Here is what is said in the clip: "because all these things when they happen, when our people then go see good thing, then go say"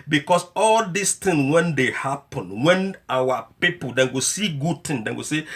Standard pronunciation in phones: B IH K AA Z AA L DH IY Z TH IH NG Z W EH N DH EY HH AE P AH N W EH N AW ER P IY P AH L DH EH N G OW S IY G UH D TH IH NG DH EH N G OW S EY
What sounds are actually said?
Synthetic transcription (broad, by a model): B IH K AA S AA L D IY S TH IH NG W EH N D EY HH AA P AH N W EH N AW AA P IY P AH L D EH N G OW S IY G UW D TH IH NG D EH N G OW S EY